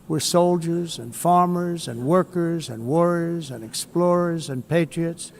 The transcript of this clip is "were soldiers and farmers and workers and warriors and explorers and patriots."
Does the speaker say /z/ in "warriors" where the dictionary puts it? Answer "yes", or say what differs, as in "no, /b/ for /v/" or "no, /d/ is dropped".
yes